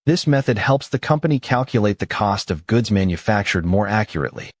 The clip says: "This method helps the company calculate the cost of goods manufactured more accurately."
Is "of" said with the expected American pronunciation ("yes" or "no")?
yes